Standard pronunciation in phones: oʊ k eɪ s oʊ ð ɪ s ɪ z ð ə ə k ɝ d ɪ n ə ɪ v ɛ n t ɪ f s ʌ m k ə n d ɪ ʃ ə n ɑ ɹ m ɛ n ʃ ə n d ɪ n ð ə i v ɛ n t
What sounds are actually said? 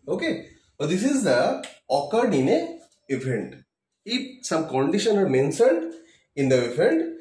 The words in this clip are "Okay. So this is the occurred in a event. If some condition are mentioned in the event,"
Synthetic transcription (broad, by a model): oʊ k eɪ s oʊ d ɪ s ɪ z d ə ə k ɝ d ɪ n ə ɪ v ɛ n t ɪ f s ʌ m k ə n d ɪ ʃ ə n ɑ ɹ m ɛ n s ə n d ɪ n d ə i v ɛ n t